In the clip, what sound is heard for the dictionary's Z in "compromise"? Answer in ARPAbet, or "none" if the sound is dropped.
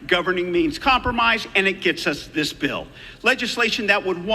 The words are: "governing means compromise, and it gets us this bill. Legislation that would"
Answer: Z